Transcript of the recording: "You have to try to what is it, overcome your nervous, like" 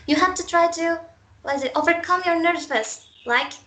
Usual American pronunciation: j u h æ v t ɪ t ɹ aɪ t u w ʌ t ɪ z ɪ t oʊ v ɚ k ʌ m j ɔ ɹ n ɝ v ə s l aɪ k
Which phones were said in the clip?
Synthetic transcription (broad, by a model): j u h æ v t ɪ t ɹ aɪ t u w ʌ t ɪ z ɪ t oʊ v ɚ k ʌ m j ɔ ɹ n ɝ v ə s l aɪ k